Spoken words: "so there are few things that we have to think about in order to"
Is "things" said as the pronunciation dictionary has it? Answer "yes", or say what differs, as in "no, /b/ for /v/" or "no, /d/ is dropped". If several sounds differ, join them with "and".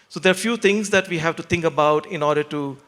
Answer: no, /t/ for /θ/